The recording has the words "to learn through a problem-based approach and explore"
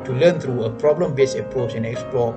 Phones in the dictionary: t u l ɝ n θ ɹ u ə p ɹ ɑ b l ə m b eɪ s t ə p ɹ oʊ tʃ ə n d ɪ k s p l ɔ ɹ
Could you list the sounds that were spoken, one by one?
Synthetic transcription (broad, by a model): t u l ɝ n t ɹ u ə p ɹ ɑ b l ə m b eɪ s ə p ɹ oʊ tʃ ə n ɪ k s p l ɔ